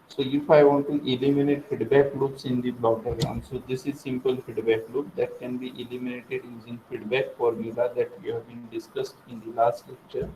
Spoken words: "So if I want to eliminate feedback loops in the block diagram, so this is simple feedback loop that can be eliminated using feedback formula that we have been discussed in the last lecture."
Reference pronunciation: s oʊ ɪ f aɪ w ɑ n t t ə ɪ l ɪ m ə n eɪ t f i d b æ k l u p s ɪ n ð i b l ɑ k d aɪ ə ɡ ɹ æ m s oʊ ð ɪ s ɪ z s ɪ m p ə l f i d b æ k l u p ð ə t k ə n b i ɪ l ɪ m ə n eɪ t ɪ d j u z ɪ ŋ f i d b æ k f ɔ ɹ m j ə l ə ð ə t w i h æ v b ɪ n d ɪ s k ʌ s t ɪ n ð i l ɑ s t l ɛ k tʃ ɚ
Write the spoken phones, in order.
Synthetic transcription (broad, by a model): s oʊ ɪ f aɪ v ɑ n t t ə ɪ l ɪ m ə n eɪ t f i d b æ k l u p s ɪ n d i b l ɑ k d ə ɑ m s oʊ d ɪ s ɪ z s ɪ m p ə l f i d b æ k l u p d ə t k ə n b i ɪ l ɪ m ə n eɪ t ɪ d j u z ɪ ŋ f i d b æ k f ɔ ɹ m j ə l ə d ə t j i h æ v b ɪ n d ɪ s k ʌ s t ɪ n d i l ɑ s t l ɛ k tʃ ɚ